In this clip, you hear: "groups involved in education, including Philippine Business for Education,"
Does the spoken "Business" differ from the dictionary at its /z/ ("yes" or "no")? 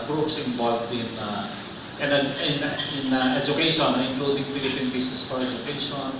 yes